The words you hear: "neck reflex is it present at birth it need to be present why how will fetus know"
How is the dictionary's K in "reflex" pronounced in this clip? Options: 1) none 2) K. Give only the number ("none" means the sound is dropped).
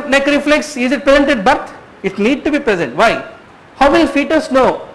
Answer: 2